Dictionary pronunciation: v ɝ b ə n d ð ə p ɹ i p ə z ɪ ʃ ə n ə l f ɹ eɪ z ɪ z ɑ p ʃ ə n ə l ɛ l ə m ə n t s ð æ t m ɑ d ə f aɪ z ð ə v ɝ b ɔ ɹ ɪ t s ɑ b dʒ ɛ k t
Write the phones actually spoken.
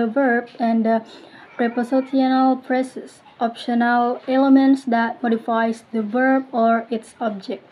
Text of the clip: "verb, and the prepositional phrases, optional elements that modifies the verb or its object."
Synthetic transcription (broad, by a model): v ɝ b ə n d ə p ɹ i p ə s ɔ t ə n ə l p ɹ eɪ s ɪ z ɑ p ʃ ə n ə l ɛ l ə m ə n t s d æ t m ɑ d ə f aɪ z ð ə v ɝ b ɔ ɹ ɪ t s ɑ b dʒ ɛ k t